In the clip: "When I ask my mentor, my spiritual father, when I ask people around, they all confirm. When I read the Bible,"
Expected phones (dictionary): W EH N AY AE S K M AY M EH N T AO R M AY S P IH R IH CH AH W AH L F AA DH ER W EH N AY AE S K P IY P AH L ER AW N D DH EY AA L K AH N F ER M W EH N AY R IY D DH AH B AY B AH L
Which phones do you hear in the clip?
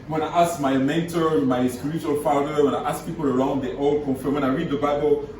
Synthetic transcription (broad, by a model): W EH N AY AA S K M AY M EH N T AO R M AY S P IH R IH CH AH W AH L F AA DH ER W EH N AY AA S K P IY P AH L ER AW N D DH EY AA L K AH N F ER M W EH N AY R IY D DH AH B AY B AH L